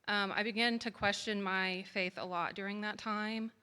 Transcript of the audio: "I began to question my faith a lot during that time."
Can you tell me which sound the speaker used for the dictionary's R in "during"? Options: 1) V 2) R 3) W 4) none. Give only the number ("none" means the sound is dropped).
2